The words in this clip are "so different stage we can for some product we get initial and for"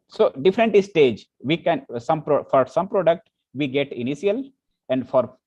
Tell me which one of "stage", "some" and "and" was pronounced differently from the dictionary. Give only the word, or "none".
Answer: none